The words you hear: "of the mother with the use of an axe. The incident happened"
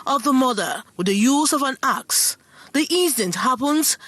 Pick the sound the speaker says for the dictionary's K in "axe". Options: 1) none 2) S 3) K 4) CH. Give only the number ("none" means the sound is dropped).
3